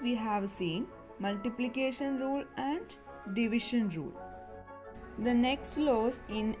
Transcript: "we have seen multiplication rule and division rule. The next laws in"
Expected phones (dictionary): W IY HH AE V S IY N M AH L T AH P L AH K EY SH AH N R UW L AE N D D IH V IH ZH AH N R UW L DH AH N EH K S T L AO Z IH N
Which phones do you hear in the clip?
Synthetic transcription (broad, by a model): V IY HH AE V S IY N M AH L T AH P L AH K EY SH AH N R UW L AE N D D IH V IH SH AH N R UW L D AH N EH K S T L AO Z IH N